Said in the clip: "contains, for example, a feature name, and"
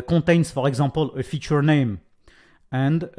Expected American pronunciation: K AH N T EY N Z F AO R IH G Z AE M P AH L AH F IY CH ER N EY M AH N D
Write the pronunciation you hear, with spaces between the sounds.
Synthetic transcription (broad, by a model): K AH T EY N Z F AO R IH G Z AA P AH L AH F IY CH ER N EY M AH N D